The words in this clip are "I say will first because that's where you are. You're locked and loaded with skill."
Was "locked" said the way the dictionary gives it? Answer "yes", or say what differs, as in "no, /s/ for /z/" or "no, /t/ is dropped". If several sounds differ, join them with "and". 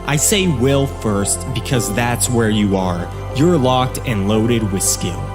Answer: yes